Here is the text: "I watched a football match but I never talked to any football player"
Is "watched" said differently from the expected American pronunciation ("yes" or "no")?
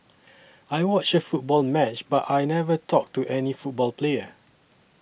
yes